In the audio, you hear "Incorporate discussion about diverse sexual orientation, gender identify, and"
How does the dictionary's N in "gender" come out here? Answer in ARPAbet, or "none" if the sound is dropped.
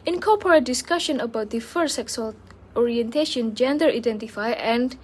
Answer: N